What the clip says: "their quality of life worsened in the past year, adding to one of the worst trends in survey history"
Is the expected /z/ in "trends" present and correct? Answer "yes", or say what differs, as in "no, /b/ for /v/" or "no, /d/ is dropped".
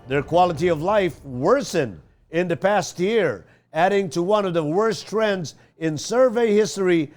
yes